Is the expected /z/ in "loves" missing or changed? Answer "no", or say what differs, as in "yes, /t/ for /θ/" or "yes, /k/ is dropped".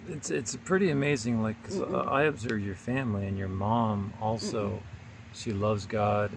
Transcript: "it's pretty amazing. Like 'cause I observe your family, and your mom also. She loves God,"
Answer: no